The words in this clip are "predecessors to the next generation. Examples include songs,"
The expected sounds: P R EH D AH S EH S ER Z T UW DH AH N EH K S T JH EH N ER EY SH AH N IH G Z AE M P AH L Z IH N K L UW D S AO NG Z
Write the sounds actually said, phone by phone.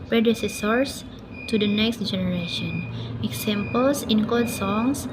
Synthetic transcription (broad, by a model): P R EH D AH S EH S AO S T UW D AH N EH K S T JH EH N ER EY SH AH N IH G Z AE M P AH L S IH N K AO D S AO NG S